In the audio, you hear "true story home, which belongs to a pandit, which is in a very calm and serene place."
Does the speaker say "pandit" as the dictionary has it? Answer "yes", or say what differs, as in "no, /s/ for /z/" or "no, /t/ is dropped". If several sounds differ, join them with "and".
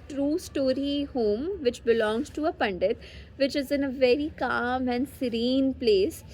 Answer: yes